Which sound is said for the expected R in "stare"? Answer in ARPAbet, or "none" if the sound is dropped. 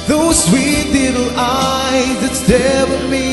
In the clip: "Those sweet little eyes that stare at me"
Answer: W